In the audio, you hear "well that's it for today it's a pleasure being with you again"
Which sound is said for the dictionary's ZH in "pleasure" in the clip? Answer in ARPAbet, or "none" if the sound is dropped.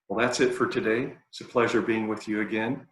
ZH